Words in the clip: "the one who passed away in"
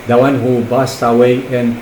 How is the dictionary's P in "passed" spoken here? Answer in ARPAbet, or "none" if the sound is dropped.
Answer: B